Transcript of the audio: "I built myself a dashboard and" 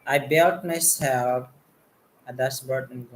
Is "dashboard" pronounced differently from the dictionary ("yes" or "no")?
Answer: yes